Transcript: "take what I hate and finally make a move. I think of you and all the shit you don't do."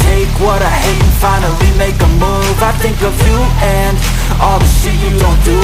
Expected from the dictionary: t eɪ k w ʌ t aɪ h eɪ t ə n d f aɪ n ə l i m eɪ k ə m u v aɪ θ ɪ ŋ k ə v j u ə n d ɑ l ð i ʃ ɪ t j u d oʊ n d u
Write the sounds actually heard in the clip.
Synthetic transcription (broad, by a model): eɪ k w ʌ t aɪ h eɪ ə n f aɪ n ə l i m eɪ k ə m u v aɪ θ ɪ ŋ k ə v j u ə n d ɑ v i s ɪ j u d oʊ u